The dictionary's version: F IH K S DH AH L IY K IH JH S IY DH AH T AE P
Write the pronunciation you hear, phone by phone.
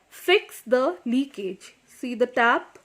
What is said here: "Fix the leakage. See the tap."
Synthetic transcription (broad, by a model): F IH K S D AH L IY K IH JH S IY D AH T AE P